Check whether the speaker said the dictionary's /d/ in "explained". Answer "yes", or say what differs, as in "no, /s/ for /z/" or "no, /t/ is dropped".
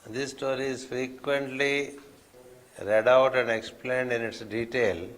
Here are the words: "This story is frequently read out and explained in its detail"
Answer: yes